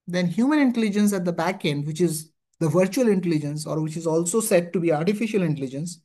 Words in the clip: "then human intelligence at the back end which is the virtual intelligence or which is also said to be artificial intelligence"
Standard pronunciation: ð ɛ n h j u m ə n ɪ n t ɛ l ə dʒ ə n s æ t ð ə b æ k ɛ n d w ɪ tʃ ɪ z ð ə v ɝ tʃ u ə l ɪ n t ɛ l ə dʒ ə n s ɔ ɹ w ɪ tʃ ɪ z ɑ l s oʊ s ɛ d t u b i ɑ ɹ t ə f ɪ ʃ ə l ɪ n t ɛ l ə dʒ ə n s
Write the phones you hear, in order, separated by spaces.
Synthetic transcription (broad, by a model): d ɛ n h j u m ə n ɪ n t ɛ l ə dʒ ə n s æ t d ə b æ k ɛ n d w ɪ tʃ ɪ z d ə v ɝ tʃ u ə l ɪ n t ɛ l ə dʒ ə n s ɔ ɹ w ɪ tʃ ɪ z ɑ l s oʊ s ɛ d t u b i ɑ ɹ t ə f ɪ ʃ ə l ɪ n t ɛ l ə dʒ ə n s